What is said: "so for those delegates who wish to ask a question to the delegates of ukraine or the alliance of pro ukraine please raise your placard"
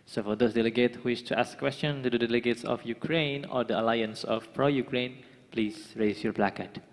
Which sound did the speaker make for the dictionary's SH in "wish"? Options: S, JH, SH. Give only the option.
S